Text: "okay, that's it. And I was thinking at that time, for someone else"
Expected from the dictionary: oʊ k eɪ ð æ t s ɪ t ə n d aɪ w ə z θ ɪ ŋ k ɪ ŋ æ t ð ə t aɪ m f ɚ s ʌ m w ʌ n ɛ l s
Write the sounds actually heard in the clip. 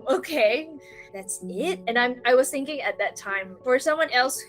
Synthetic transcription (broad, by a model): oʊ k eɪ ð æ t s ɪ t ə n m aɪ w ə z θ ɪ ŋ k ɪ ŋ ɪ t ð ə t aɪ m f ɚ s ʌ m w ʌ n ɛ l s